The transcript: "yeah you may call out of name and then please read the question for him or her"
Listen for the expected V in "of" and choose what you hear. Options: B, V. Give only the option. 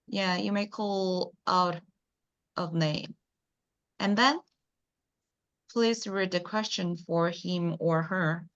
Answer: V